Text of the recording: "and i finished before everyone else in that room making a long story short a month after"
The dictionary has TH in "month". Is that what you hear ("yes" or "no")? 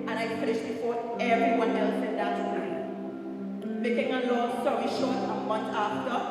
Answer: no